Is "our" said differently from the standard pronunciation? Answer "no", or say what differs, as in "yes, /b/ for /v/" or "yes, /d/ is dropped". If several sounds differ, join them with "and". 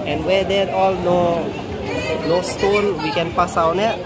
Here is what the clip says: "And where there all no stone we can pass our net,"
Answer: yes, /w/ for /ɹ/